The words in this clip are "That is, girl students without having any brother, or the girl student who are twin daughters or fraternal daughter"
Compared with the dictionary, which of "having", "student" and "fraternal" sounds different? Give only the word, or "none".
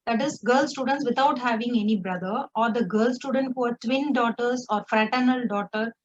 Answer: none